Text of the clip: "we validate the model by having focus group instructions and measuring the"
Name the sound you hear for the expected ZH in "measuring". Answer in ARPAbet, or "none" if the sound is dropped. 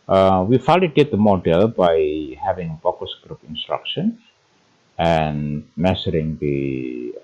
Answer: S